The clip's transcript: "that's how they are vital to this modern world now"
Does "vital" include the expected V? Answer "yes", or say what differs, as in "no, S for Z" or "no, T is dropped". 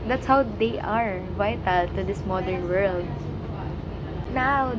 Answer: yes